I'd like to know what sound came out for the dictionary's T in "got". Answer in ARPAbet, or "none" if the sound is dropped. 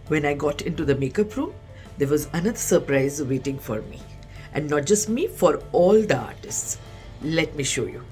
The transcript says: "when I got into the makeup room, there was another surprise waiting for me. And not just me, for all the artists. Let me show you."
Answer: T